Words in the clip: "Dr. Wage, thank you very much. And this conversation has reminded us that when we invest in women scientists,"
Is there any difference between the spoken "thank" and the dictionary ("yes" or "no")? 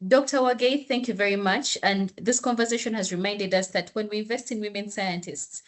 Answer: no